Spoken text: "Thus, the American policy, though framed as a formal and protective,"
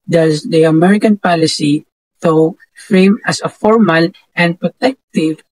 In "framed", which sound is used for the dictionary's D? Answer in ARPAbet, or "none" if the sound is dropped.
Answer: none